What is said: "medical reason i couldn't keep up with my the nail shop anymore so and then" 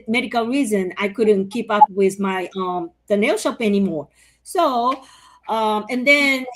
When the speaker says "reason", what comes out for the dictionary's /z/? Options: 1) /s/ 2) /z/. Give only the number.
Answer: 2